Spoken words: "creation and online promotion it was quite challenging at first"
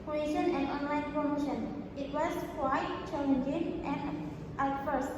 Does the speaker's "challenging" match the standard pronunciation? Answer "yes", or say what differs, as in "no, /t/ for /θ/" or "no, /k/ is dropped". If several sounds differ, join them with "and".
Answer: no, /n/ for /l/